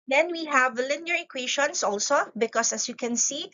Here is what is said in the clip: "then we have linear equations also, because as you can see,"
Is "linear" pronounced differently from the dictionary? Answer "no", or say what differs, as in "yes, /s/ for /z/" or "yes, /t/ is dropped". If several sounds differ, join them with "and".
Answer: no